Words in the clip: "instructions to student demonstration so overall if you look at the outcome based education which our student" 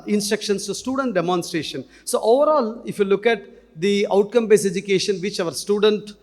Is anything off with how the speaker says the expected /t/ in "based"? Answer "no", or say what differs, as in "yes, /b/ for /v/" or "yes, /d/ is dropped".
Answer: yes, /t/ is dropped